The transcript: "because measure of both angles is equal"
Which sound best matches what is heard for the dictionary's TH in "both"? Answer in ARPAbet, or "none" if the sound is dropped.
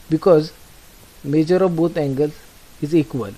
T